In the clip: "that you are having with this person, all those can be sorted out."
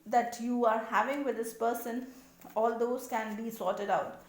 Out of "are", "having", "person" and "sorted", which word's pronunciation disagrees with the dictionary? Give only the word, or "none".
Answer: none